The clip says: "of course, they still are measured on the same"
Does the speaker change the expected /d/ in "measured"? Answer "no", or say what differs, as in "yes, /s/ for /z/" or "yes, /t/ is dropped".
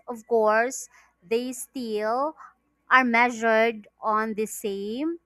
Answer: no